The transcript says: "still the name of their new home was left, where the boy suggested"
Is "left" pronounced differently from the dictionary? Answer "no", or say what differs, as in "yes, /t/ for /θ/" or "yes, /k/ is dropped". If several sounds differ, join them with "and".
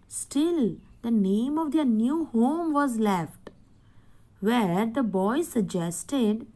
no